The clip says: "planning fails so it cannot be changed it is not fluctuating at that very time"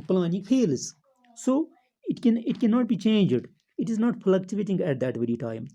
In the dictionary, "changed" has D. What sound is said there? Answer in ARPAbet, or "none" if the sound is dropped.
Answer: D